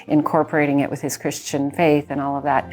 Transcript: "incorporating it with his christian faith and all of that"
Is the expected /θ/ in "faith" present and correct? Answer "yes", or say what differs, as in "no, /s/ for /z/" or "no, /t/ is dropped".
yes